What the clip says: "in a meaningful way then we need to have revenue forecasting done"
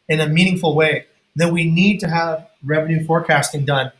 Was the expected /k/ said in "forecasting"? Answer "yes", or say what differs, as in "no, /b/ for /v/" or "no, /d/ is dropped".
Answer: yes